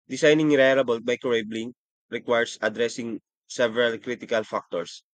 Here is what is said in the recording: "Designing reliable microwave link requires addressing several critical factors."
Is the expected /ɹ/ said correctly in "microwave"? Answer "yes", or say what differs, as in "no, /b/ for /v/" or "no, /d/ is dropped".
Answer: no, /ɹ/ is dropped